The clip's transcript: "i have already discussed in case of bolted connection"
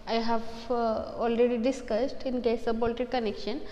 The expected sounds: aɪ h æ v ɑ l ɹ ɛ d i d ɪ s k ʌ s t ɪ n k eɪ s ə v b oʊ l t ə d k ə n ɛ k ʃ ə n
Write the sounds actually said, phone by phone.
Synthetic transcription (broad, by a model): aɪ h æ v ɑ l ɹ ɛ d i d ɪ s k ʌ s t ɪ n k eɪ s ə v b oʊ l t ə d k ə n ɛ k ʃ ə n